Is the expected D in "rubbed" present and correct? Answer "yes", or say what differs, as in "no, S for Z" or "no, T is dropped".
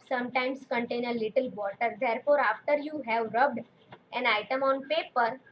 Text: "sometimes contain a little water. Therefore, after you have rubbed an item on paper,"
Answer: yes